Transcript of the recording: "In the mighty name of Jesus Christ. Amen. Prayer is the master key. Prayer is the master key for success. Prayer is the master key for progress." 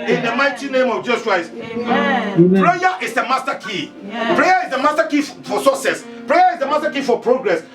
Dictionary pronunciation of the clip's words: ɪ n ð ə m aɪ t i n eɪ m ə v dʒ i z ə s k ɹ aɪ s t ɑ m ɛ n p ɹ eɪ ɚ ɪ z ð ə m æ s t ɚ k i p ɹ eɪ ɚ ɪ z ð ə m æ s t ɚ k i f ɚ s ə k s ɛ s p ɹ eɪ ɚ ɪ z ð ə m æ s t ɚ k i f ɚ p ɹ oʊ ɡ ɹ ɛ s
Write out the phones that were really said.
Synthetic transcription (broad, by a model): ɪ n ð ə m aɪ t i n eɪ m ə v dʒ i s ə s k ɹ aɪ s t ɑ p ɹ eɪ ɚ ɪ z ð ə m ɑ s t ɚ k i p ɹ eɪ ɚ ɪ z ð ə m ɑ s t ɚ k i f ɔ s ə s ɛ s p ɹ eɪ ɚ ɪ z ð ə m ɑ s t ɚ k i f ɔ p ɹ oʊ ɡ ɹ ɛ s